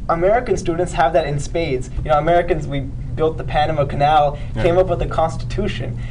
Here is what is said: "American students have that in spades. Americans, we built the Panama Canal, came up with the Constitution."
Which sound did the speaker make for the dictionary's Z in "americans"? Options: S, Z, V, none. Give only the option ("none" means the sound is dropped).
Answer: Z